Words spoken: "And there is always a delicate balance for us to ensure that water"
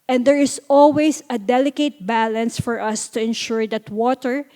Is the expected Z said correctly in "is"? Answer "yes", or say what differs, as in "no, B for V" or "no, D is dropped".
no, S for Z